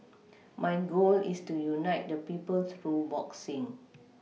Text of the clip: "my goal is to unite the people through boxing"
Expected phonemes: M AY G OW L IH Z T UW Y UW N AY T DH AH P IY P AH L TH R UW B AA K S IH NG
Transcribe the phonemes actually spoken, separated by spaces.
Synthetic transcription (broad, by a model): M AY G OW L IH S T UW Y UW N AY T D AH P IY P AH L S R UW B AA K S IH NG